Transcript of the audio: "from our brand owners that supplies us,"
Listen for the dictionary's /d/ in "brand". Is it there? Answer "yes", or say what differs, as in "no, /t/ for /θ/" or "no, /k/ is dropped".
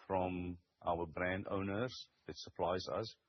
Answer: yes